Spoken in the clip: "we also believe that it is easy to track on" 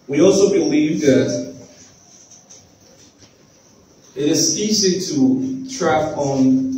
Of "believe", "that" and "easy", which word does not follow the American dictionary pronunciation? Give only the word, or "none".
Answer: easy